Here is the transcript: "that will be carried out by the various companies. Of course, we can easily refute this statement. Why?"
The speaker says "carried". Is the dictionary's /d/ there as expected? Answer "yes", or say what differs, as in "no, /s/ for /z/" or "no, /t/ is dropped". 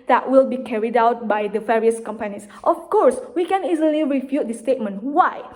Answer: yes